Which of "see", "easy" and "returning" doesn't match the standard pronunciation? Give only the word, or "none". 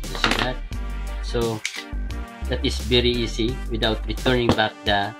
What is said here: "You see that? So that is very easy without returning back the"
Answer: easy